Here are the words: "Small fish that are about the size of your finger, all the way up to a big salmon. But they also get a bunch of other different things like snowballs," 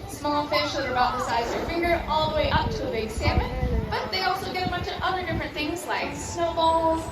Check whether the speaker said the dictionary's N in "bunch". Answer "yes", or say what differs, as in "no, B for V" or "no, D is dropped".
no, N is dropped